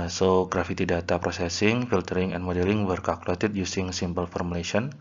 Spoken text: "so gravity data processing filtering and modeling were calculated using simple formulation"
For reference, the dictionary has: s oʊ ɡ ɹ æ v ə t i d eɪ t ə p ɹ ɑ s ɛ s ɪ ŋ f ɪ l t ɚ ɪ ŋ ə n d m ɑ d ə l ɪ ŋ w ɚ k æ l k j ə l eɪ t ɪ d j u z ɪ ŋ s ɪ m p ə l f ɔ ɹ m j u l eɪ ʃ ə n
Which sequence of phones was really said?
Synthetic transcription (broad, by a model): s oʊ ɡ ɹ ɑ f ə t i d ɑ t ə p ɹ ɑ s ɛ s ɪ ŋ f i l t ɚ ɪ ŋ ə n m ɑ d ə l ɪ ŋ w ɚ k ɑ l k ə l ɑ t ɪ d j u s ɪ ŋ s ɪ m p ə l f ɔ ɹ m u l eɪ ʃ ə n